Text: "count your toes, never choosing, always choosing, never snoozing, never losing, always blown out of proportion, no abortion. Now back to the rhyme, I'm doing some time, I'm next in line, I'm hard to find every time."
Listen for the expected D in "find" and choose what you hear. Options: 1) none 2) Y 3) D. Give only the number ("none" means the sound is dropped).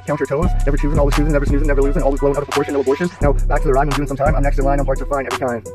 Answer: 1